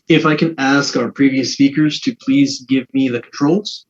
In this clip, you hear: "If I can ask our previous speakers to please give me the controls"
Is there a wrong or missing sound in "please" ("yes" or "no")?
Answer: no